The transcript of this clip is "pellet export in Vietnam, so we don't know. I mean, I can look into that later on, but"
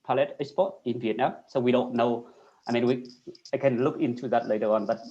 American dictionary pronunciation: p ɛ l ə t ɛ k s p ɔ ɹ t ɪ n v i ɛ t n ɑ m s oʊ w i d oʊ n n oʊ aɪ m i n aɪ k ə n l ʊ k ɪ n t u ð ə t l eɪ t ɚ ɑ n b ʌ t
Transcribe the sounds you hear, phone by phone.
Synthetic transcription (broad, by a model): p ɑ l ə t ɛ s p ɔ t ɪ n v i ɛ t n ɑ m s oʊ w i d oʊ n n oʊ aɪ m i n aɪ k ə n l ʊ k ɪ n t u ð ə t l eɪ t ɚ ɑ n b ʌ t